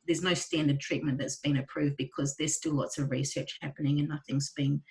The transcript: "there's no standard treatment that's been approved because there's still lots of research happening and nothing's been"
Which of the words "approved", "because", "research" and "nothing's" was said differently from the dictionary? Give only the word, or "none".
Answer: none